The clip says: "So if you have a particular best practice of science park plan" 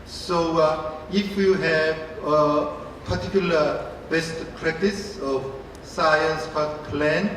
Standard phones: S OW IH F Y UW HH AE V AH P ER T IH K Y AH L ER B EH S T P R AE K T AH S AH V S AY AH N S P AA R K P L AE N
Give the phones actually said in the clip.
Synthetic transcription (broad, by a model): S OW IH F Y UW HH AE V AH P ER T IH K Y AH L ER B EH S T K R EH T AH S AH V S AY AH N S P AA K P L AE N